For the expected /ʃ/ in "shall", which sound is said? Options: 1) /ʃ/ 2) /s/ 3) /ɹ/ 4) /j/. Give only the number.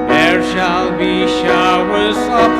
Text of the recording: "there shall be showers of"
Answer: 1